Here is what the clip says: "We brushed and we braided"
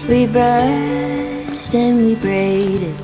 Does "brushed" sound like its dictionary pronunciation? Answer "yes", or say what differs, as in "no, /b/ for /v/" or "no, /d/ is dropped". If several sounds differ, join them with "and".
no, /s/ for /ʃ/